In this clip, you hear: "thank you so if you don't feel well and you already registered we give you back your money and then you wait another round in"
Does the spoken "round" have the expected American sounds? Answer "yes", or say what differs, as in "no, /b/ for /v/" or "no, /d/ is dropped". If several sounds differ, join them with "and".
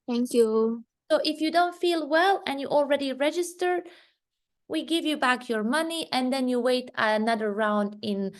yes